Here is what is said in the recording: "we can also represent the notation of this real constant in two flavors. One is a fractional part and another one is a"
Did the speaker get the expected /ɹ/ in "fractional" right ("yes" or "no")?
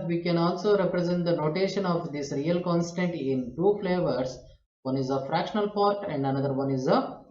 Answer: yes